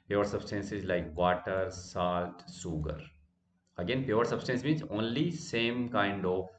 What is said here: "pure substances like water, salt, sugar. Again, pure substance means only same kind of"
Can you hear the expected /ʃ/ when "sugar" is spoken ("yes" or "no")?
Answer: no